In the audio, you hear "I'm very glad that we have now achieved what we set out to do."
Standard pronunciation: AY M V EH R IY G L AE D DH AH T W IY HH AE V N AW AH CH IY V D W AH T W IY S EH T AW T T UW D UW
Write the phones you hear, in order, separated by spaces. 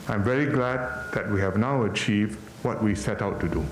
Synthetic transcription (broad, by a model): AY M V EH R IY G L AE D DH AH T W IY HH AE V N AW AH CH IY V D W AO T W IY S EH T AW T T UW D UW